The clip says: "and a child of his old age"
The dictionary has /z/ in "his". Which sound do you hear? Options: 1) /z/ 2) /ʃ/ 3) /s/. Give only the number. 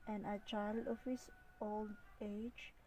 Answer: 3